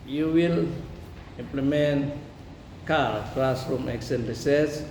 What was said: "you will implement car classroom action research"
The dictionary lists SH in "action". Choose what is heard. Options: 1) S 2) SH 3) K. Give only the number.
1